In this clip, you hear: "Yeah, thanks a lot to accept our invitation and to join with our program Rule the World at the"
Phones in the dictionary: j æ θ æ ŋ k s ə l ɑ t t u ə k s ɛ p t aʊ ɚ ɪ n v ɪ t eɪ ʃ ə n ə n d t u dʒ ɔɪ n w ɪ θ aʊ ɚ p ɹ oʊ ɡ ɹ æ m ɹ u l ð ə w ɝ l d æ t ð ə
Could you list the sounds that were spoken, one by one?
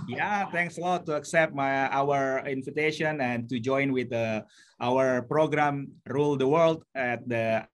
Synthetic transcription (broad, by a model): j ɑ t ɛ ŋ k s ə l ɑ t t u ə k s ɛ p t aʊ ɚ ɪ n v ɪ t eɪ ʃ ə n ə n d t u dʒ ɔɪ n w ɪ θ aʊ ɚ p ɹ oʊ ɡ ɹ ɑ m ɹ u l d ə w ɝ l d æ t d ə